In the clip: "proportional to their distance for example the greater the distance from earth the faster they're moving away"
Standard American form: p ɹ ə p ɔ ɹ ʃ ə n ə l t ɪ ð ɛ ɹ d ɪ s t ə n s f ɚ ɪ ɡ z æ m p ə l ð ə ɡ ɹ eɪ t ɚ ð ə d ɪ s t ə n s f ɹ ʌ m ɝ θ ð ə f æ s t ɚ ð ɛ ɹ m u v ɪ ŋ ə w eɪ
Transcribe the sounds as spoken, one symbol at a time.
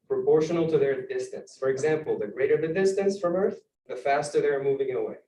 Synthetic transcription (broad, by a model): p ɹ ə p ɔ ɹ ʃ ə n l t ɪ ð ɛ ɹ d ɪ s t ə n s f ɚ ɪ ɡ z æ m p l ð ə ɡ ɹ eɪ t ɚ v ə d ɪ s t ə n s f ɹ ʌ m ɝ θ ð ə f æ s t ɚ ð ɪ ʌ m u v ɪ ŋ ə w eɪ